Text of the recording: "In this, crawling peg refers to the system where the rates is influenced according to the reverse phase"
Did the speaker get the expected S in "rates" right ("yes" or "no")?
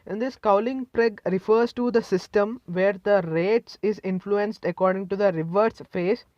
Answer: yes